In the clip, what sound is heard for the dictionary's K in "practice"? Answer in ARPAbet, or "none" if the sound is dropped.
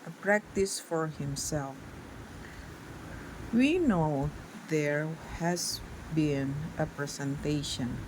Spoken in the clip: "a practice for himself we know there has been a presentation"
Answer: K